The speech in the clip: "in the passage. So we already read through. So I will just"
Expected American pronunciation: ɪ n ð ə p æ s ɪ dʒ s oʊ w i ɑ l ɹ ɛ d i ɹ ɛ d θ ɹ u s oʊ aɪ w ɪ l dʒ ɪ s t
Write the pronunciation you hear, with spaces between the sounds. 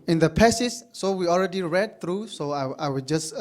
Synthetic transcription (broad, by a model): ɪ n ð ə p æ s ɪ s s oʊ w i ɑ l ɹ ɛ d i ɹ ɛ d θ ɹ u s oʊ aɪ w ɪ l dʒ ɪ s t